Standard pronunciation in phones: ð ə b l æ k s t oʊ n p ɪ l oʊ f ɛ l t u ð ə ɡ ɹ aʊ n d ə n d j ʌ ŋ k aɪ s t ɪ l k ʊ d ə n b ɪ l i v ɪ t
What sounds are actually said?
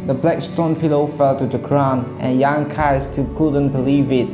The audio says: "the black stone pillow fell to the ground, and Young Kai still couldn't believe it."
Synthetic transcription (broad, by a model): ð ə b l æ k s t oʊ n p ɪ l oʊ f ɛ l t u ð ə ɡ ɹ aʊ n ə n j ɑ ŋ k aɪ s t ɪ l k ʊ d ə n b ɪ l i v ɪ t